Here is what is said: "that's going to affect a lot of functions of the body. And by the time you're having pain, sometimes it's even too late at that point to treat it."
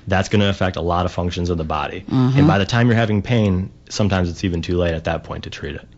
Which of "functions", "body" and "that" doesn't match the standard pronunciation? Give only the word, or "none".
none